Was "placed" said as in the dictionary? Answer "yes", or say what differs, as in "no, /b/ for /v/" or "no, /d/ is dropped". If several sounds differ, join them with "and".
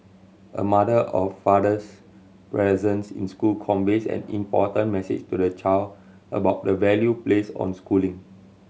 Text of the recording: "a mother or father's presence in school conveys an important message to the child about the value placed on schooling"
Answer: no, /t/ is dropped